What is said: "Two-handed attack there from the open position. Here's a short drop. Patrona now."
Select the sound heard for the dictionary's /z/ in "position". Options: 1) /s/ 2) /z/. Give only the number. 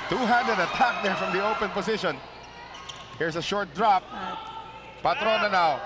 1